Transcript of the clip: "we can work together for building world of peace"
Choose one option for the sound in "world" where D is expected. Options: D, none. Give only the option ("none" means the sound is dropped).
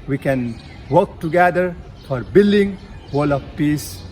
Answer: none